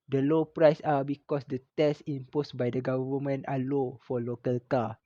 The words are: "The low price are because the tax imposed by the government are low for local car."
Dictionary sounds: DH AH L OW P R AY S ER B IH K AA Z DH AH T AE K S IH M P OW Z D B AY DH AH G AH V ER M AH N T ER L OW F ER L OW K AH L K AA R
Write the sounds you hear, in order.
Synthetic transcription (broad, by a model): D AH L OW P R AY S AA B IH K AA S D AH T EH S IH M P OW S B AY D AH G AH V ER M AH N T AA L OW F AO L OW K AH L K AA